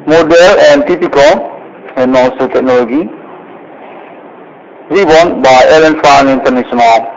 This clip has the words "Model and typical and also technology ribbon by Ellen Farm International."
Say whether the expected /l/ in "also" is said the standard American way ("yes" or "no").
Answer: no